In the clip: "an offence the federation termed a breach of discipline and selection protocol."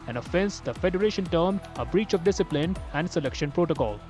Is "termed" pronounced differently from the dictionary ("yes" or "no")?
yes